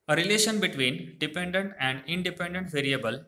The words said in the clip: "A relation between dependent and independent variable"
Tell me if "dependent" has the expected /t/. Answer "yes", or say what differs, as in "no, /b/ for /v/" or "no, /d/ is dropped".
yes